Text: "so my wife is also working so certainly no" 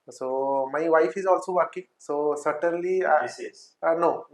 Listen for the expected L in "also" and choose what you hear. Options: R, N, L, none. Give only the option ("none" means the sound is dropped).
L